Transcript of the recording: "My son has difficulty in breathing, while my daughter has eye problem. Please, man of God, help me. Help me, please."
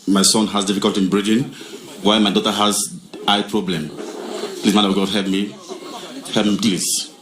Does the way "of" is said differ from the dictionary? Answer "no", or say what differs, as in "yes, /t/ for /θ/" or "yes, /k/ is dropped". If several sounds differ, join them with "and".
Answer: yes, /w/ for /v/